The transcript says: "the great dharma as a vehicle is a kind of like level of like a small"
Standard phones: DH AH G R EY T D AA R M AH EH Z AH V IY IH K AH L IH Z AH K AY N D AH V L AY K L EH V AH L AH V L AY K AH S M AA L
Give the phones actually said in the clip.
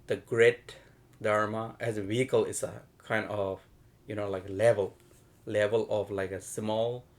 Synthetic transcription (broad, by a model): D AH G R EY T D AA R M AH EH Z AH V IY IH K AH L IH S AH K AY N D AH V L AY K L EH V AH L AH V L AY K AH S M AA L